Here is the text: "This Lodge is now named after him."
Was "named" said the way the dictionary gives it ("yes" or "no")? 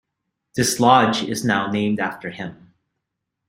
yes